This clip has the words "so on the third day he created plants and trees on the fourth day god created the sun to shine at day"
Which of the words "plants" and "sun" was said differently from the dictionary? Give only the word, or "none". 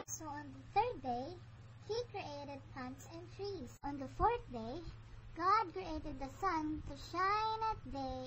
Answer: plants